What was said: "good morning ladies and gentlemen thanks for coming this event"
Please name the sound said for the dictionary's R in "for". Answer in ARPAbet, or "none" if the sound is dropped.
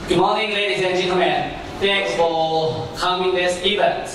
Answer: L